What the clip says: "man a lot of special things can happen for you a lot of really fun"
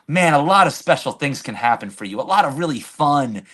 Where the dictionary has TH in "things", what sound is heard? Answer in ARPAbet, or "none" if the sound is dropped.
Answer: TH